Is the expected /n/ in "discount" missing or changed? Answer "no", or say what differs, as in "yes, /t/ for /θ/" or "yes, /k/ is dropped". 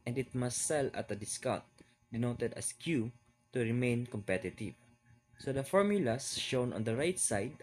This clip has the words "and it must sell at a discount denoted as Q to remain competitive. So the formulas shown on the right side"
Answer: yes, /n/ is dropped